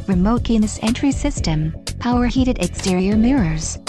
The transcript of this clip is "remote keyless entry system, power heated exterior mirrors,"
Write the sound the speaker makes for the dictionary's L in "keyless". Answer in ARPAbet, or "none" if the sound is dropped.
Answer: N